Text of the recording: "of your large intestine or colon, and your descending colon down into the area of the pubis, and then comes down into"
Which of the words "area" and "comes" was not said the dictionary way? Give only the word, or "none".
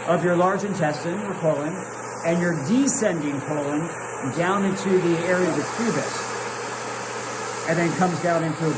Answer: none